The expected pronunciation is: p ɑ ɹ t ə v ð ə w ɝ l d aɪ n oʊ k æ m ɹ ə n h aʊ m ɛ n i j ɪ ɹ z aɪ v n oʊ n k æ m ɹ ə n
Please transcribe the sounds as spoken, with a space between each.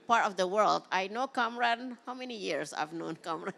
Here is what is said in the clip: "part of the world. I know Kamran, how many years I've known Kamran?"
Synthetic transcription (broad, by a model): p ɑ ɹ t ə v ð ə w ɝ l d aɪ n oʊ k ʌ m ɹ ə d h aʊ m ɛ n i j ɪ ɹ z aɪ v n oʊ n k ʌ m ɹ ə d